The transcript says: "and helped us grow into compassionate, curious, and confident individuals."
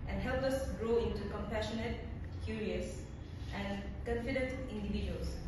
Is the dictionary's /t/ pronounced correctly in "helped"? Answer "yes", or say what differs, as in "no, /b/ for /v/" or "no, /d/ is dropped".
no, /t/ is dropped